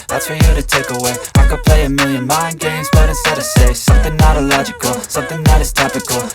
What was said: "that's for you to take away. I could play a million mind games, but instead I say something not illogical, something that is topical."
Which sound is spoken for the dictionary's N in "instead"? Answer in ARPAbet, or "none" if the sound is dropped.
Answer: none